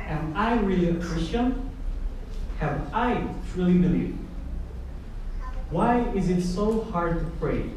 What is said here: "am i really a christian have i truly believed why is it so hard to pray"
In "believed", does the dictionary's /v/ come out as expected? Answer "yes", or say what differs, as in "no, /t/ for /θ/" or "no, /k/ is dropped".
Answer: yes